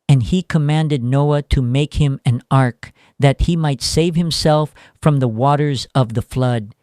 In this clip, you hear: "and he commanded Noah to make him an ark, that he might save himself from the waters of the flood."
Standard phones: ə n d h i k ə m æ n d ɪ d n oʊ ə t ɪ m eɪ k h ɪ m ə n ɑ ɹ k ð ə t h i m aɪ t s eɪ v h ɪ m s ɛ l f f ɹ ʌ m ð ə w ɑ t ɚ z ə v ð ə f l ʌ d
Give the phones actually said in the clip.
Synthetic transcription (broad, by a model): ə n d i k ə m æ n d ɪ d n oʊ ə t ɪ m eɪ k h ɪ m ə n ɑ ɹ k ð ə t h i m aɪ t s eɪ v h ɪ m s ɛ l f f ɹ ʌ m ð ə w ɑ t ɚ z ə v ð ə f l ʌ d